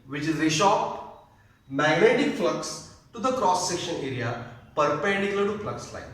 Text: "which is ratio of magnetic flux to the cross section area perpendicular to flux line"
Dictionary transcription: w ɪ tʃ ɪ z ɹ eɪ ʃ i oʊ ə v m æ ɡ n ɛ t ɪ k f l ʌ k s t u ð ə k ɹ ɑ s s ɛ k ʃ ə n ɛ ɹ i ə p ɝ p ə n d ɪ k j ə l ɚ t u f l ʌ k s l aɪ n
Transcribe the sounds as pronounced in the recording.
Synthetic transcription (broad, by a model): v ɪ tʃ ɪ z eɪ ʃ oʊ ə p m æ ɡ n ɛ t ɪ k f l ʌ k s t u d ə k ɹ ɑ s s ɛ k ʃ ə n ɛ ɹ i ə p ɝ p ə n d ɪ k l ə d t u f l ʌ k s l aɪ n